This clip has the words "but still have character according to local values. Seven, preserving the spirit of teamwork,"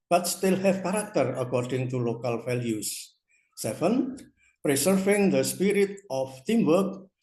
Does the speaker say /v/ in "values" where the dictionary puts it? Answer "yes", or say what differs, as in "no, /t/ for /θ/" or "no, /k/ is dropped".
no, /f/ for /v/